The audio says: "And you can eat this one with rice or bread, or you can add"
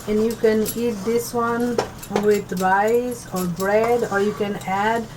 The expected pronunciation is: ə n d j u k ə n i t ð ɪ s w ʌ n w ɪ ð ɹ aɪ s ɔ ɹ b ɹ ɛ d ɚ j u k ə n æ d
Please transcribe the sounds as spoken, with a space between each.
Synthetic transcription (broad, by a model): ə n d j u k ə n i t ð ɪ s w ʌ n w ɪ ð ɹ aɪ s ɔ ɹ b ɹ ɛ d ɚ j u k ə n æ d